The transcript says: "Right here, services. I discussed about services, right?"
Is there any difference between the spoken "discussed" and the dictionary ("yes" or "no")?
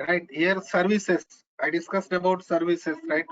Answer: no